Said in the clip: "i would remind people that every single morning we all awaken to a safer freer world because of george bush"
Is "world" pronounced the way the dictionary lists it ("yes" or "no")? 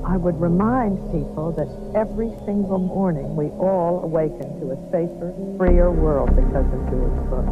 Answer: yes